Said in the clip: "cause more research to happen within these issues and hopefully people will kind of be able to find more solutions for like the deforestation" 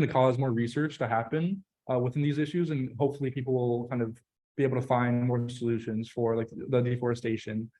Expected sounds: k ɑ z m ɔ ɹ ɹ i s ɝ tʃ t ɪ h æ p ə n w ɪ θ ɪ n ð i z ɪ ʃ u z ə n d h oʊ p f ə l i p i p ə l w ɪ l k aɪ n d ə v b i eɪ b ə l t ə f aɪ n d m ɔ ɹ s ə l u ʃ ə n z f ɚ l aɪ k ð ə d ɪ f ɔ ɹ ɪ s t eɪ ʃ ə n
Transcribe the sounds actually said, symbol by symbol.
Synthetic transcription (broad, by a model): k ɑ z m ɔ ɹ ɹ i s ɝ tʃ t ɪ h æ p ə n w ɪ θ ɪ n ð i z ɪ ʃ u z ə n h oʊ p f l i p i p l w ɪ l k aɪ n d ə v b i eɪ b l t ə f aɪ n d m ɔ ɹ s ə l u ʃ ə n z f ɚ l aɪ k ð ə d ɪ f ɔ ɹ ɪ s t eɪ ʃ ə n